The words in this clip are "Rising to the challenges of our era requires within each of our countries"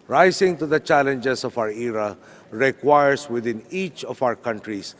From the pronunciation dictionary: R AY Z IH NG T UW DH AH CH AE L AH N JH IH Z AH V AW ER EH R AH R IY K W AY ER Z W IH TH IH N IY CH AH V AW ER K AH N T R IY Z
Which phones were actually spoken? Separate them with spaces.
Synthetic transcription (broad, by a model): R AY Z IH NG T UW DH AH CH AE L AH N JH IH S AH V AW ER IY R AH R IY K W AY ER S W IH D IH N IY CH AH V AW ER K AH N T R IY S